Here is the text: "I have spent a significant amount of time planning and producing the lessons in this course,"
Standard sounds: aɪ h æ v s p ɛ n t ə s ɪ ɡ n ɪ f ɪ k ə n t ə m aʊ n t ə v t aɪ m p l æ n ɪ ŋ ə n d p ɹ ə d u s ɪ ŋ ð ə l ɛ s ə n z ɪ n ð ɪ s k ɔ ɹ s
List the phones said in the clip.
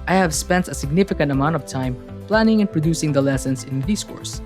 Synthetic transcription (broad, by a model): aɪ h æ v s p ɛ n t ə s ɪ ɡ n ɪ f ɪ k ə n t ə m aʊ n t ə v t aɪ m p l æ n ɪ ŋ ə n p ɹ ə d u s ɪ ŋ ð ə l ɛ s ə n s ɪ n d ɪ s k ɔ ɹ s